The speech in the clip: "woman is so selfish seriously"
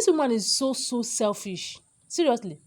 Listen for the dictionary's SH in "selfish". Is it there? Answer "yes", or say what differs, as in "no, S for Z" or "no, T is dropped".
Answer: yes